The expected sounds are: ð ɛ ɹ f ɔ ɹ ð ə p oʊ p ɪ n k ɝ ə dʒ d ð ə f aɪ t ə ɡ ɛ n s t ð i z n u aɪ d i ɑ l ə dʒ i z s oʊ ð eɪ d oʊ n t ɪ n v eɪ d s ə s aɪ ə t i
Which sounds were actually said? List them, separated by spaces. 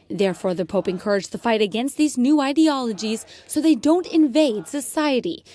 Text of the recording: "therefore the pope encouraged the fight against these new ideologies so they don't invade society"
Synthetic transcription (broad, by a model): ð ɛ ɹ f ɔ ɹ ð ə p oʊ p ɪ n k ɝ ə dʒ ð ə f aɪ t ə ɡ ɛ n s t ð i z n u aɪ d i ɑ l ə dʒ i z s oʊ ð eɪ d oʊ n t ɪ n v eɪ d s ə s aɪ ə t i